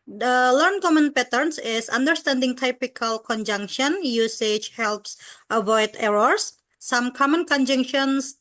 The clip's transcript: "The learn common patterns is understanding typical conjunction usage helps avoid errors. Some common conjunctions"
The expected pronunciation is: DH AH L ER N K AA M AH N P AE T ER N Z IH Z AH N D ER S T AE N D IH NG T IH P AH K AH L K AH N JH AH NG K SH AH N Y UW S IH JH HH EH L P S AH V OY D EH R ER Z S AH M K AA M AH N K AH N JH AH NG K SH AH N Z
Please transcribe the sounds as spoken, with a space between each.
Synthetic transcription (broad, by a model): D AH L ER N K AA M AH N P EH T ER N S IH S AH N D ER S T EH N D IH NG T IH P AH K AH L K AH N JH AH NG K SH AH N Y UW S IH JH HH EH L P S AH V OY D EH R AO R S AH M K AA M AH N K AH N JH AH NG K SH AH N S